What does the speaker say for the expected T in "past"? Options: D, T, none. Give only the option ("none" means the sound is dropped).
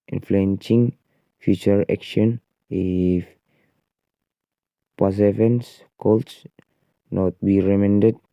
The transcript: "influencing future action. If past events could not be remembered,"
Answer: none